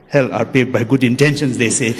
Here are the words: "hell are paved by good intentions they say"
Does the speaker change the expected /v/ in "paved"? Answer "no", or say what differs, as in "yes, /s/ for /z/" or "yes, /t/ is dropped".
yes, /v/ is dropped